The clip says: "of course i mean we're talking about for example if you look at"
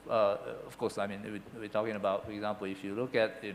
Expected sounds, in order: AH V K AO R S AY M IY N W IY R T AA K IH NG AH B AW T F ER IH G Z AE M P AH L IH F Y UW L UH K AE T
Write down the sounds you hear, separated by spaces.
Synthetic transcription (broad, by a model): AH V K AO S AY M IY N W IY W T AA K IH NG AH B AW T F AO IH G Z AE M P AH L IH F Y UW L UH K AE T